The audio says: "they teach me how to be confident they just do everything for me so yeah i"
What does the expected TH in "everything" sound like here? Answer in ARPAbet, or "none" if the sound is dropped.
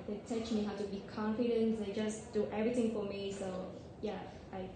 T